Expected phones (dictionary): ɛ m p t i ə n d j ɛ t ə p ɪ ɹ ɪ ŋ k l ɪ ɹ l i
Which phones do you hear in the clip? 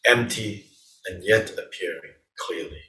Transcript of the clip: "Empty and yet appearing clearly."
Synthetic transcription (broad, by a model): ɛ m p t i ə n j ɛ t ə p ɪ ɹ ɪ ŋ k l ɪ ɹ l i